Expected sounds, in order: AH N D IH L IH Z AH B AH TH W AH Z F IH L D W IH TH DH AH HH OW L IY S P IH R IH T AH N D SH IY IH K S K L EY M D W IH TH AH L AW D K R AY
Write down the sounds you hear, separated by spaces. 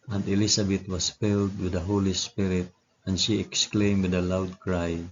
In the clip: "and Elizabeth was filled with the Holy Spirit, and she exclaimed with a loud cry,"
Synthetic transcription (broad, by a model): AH N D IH L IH S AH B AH T W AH S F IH L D W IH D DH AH HH OW L IY S P IH R IH T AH N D SH IY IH K S K L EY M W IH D AH L AW D K R AY